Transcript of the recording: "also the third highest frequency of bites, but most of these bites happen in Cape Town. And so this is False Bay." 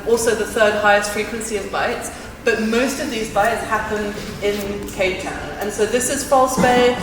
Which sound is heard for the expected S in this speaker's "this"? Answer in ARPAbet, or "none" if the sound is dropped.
S